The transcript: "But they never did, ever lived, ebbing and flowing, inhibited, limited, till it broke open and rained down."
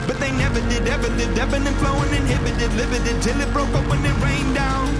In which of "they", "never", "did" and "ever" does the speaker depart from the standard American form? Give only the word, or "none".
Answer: none